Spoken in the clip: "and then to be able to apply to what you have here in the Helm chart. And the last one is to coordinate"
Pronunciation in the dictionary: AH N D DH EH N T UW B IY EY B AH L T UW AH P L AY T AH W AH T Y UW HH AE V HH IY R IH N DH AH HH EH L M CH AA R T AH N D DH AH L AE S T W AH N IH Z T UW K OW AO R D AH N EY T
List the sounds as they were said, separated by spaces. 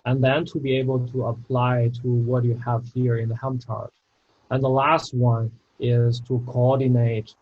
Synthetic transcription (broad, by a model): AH N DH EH N T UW B IY EY B AH L T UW AH P L AY T AH W AH T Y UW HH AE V HH IY R IH N DH AH HH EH M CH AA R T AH N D DH AH L AE S T W AH N IH Z T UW K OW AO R D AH N EY T